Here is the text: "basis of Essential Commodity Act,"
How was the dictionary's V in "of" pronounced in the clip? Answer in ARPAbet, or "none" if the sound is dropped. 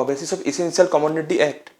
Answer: B